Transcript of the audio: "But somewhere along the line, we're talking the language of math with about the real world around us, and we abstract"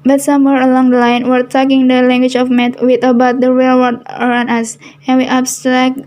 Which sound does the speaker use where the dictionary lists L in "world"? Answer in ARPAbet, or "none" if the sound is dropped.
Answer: none